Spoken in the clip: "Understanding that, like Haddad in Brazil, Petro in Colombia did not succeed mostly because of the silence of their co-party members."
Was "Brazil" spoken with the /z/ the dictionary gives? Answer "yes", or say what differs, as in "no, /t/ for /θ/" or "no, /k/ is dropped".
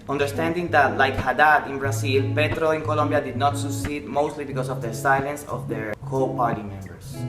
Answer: no, /s/ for /z/